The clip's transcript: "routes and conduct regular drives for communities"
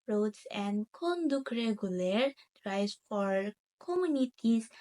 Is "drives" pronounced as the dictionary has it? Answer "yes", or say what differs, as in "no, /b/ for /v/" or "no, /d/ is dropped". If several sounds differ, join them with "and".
no, /v/ is dropped